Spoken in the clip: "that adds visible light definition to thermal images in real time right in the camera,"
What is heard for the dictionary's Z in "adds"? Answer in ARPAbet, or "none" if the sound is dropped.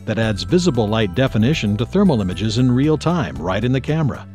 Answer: Z